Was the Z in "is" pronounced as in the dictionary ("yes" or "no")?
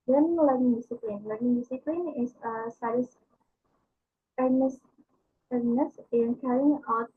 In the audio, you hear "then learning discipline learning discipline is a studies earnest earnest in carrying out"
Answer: no